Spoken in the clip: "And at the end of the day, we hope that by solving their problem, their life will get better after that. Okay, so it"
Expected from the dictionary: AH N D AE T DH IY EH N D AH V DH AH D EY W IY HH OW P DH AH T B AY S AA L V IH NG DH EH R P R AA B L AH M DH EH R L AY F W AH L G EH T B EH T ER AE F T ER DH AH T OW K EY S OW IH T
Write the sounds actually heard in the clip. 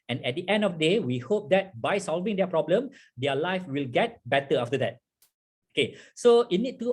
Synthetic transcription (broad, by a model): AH N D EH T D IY EH N D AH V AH D EY W IY HH OW P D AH T B AY S AA L V IH NG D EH P R AA B L AH M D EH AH L AY F W AH L G EH T B EH T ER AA F T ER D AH T OW K EY S OW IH T